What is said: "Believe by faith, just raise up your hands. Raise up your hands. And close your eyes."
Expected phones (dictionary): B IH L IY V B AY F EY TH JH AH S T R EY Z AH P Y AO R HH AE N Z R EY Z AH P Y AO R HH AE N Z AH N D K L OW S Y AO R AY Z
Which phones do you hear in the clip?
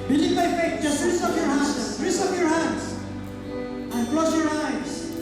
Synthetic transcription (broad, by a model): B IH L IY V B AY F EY T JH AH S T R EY S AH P Y AO R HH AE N R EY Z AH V Y AO R HH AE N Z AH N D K L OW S Y AO R AY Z